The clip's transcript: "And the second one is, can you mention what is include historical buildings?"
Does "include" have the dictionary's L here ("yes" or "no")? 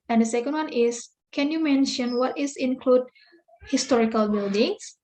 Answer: yes